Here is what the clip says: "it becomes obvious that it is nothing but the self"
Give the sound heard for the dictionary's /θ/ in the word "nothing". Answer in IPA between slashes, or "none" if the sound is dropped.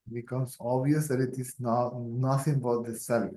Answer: /t/